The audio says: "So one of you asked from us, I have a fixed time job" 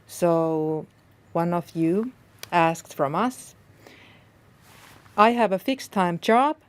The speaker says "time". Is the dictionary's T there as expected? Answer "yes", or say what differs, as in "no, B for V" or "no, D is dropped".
yes